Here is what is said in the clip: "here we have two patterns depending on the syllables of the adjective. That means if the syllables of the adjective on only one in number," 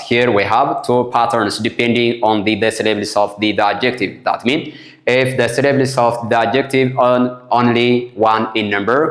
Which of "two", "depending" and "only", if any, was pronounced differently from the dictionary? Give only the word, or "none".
none